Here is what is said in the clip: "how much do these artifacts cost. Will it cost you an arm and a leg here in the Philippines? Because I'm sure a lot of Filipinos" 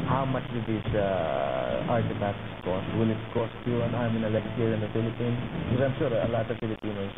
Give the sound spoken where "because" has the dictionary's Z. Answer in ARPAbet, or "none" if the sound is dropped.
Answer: none